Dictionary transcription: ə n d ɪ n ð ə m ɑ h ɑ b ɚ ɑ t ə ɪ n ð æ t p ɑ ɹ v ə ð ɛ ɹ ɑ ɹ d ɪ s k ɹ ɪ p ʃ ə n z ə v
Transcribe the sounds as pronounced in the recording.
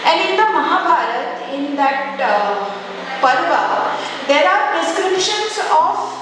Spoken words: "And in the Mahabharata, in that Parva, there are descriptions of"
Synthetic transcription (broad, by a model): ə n d ɪ n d ə m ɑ h ɑ b ɑ t ə ɪ n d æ t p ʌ ɹ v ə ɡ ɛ l ɑ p d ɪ s k ɹ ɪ p ʃ ə n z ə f